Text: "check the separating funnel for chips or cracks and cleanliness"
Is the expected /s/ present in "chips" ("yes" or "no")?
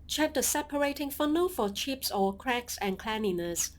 yes